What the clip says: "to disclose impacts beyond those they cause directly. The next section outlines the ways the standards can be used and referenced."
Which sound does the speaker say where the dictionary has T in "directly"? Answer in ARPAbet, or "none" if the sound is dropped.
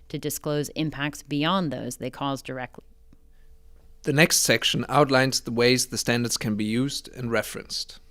T